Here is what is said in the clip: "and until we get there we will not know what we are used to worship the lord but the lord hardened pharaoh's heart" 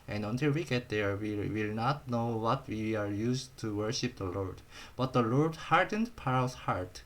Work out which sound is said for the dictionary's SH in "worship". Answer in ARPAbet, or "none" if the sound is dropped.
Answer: SH